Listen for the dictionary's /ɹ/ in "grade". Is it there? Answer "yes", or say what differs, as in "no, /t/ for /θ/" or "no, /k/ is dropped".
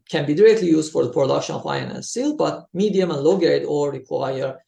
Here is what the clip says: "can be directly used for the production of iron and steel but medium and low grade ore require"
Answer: no, /ɹ/ is dropped